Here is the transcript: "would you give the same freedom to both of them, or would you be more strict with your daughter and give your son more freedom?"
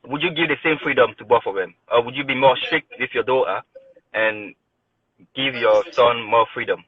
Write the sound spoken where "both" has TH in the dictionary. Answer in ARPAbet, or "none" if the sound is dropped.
F